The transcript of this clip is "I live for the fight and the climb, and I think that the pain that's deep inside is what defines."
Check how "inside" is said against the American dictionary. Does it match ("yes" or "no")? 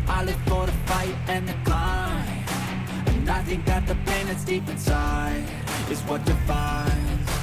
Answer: no